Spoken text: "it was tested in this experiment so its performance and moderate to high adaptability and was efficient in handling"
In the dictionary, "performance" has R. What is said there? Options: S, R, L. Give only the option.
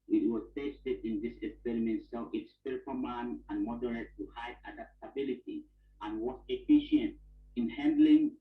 L